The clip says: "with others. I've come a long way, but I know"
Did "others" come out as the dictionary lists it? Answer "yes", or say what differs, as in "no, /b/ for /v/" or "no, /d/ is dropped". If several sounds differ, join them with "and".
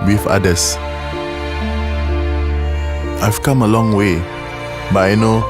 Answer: no, /s/ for /z/